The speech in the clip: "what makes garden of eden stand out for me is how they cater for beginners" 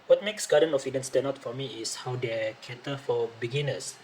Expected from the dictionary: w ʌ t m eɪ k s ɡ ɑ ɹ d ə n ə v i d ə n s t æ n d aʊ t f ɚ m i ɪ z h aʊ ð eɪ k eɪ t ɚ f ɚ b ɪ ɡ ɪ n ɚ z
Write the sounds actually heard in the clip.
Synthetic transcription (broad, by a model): w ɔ t m eɪ k s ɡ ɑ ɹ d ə n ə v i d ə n s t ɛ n aʊ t f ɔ m i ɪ s h aʊ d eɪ k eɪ t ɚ f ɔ b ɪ ɡ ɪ n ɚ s